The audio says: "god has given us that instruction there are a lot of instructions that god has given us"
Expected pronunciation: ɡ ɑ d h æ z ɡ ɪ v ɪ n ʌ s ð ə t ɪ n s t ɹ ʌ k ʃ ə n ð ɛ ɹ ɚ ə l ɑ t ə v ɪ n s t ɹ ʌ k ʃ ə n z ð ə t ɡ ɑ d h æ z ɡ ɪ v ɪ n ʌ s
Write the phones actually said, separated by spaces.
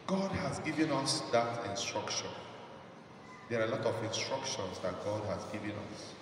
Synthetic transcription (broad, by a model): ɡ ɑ d h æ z ɡ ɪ v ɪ n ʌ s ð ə t ɪ n s t ɹ ʌ k ʃ ə n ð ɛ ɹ ə l ɑ t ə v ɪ n s t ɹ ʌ k ʃ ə n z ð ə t ɡ ɑ d h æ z ɡ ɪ v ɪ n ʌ s